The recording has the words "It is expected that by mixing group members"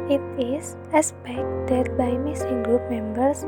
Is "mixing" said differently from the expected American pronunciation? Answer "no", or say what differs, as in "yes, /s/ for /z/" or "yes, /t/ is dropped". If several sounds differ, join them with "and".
yes, /k/ is dropped